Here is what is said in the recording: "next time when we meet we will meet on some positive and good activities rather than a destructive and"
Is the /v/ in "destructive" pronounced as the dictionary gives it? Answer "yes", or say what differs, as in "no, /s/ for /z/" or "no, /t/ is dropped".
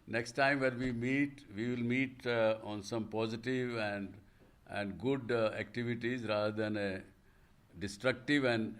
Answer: yes